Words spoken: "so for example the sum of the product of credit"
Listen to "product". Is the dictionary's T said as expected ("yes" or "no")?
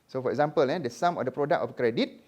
no